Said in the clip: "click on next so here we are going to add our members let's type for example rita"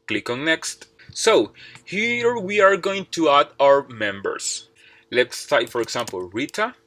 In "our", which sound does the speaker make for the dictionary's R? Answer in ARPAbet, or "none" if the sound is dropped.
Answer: R